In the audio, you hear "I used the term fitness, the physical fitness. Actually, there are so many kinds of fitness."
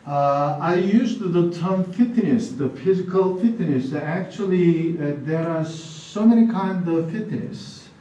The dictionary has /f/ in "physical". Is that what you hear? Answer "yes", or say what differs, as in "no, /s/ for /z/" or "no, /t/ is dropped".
yes